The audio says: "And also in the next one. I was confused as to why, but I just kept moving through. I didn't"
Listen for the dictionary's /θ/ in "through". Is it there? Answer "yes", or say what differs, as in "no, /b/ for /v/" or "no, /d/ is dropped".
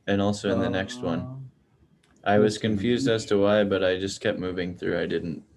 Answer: yes